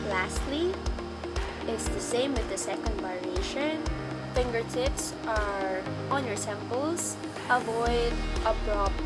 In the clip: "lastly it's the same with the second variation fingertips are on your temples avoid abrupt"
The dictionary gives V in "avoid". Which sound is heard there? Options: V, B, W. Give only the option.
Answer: V